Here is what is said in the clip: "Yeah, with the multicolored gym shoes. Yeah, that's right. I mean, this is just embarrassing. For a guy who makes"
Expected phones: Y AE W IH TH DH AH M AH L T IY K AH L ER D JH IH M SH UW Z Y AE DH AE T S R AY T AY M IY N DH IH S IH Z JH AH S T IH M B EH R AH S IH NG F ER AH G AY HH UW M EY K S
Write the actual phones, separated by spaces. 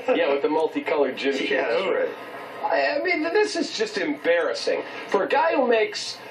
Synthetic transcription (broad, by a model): Y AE W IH DH AH M AH L T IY K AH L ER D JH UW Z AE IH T AY AY M IY N DH IH S IH Z JH AH S T IH M B EH R AH S IH NG F ER AH G AY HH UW M EY K S